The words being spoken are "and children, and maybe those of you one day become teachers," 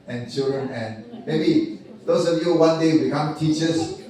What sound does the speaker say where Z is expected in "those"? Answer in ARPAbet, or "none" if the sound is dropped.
S